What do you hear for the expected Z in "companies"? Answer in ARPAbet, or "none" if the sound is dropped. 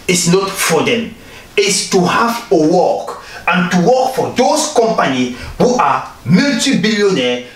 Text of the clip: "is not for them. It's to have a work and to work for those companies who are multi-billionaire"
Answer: none